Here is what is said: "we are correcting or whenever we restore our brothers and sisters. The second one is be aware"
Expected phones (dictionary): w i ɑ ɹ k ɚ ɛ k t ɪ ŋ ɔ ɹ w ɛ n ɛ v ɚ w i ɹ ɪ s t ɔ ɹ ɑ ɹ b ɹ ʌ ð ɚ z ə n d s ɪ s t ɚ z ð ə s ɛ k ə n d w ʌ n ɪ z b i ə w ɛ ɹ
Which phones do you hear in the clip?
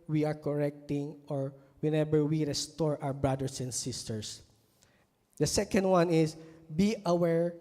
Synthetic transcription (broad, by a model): w i ɑ ɹ k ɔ ɛ k t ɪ ŋ ɔ ɹ w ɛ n ɛ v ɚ w i ɹ ɪ s t ɔ ɹ ɑ w b ɹ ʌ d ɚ s ə n d s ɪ s t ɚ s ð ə s ɛ k ə n d w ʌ n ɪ s b i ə w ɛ ɹ